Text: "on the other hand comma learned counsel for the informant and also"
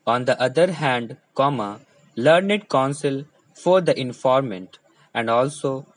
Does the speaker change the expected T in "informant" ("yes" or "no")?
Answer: no